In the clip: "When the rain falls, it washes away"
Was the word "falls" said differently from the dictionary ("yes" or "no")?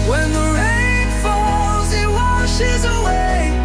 no